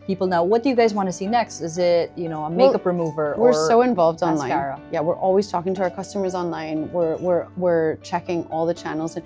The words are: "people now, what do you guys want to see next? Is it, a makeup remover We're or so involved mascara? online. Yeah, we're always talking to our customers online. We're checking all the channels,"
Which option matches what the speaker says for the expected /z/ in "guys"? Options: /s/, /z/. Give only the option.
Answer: /z/